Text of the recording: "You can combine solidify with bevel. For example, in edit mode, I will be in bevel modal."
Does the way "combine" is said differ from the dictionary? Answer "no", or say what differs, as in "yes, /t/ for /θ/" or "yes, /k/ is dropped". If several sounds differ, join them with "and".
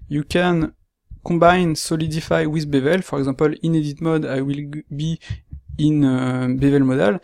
yes, /m/ is dropped